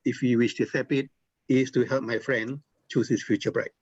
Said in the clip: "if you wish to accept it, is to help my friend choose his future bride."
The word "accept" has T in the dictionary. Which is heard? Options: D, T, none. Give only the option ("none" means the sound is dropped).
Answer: none